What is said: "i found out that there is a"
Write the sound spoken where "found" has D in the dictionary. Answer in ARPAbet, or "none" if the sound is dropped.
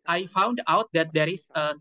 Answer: D